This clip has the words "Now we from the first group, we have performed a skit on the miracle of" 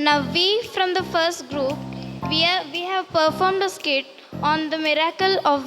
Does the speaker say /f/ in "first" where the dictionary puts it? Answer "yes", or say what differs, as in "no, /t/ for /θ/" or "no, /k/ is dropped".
yes